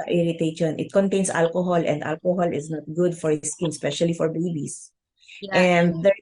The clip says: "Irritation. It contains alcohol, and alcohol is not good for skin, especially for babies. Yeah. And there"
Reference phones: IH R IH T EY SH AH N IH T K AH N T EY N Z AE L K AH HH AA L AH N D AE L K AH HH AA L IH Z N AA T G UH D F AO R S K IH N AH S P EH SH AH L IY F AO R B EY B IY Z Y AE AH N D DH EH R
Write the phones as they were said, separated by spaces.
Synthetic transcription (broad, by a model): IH R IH T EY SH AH N IH T K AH N T EY N S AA L K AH HH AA L AH N D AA L K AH HH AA L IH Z N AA T G UH D F AO R S K IH N S P EH SH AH L IY F AO R B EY B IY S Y AH N D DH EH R